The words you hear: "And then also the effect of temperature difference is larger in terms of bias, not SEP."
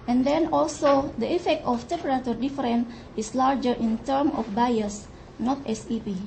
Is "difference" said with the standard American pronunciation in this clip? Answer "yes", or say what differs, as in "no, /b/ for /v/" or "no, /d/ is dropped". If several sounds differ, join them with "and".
no, /s/ is dropped